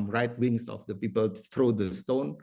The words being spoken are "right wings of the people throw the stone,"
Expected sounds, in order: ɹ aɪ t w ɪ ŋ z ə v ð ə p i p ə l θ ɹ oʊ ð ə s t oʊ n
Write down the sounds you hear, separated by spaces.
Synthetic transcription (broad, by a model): ɹ aɪ t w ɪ ŋ s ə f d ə p i p ə l t ɹ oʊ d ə s t oʊ n